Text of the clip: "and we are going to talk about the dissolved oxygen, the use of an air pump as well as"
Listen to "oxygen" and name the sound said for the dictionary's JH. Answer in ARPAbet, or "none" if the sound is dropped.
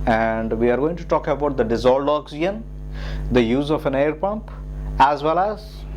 none